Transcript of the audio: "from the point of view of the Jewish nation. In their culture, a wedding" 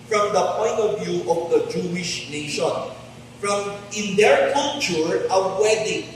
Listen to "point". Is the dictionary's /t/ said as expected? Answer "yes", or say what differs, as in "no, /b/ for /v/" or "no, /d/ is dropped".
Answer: yes